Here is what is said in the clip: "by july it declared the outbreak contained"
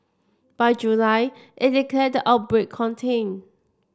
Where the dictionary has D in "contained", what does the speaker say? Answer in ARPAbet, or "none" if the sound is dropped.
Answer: none